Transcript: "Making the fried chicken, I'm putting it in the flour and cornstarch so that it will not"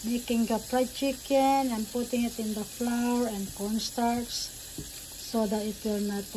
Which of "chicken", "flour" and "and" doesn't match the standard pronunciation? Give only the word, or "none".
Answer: none